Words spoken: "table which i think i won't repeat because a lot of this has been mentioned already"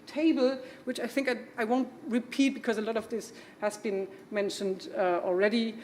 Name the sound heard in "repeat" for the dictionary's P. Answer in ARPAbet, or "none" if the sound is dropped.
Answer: P